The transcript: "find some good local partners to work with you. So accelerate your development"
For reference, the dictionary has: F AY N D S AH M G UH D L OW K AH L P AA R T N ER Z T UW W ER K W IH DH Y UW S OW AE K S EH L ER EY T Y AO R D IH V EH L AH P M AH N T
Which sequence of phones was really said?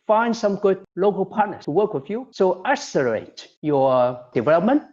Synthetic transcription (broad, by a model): F AY N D S AH M G UH D L OW K AH L P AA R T N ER T UW W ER K W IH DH Y UW S OW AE S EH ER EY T Y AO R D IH V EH L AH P M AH N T